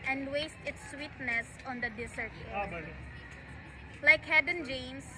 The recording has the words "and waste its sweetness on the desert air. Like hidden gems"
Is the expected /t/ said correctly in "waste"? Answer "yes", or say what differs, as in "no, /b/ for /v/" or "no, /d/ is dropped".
yes